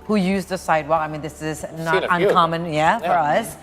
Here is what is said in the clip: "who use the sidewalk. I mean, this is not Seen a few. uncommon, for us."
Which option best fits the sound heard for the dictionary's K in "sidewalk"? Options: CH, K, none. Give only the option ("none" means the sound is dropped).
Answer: none